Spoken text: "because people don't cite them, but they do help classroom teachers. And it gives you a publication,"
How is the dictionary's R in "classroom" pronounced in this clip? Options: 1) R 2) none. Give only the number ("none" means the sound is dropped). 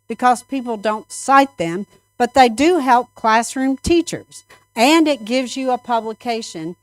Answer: 1